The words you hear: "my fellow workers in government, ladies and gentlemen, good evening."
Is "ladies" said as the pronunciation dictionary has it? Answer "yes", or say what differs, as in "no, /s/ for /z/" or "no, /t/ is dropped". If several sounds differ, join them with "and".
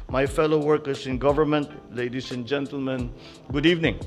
no, /s/ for /z/